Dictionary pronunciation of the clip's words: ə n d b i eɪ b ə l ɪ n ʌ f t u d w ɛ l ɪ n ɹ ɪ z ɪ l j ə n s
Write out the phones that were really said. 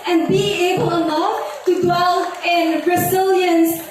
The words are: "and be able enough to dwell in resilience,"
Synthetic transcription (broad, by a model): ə n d b i eɪ b ə l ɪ l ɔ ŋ t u d w ɛ l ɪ n ɹ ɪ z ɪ l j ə n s